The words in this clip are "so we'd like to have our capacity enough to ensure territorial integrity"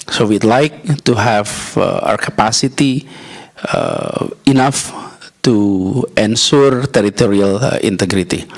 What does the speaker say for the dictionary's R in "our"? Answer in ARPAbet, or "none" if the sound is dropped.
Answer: W